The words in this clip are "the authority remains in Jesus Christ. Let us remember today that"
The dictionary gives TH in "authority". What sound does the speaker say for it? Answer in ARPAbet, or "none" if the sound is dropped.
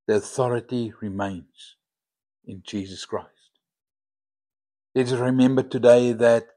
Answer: TH